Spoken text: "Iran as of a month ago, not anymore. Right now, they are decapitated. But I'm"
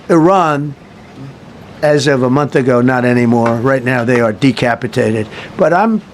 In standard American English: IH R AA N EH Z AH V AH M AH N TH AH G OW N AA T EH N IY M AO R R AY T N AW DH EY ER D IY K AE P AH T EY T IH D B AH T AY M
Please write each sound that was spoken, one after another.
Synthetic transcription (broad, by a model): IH R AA N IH Z AH V AH M AH N TH AH G OW N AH T EH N IY M AO R R AY T N AW DH EY ER D IY K AE P AH T EY T IH D B AH T AY M